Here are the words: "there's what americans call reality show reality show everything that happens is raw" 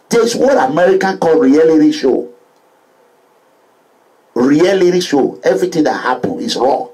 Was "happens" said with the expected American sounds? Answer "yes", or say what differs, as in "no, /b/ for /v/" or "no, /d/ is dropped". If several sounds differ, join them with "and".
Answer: no, /z/ is dropped